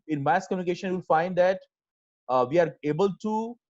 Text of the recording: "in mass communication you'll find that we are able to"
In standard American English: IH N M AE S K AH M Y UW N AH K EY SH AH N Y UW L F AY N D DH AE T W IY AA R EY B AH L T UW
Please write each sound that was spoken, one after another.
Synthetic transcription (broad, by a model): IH N M AE S K AH M Y UW N AH K EY SH AH N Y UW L F AY N D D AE T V IY AA R EY B AH L T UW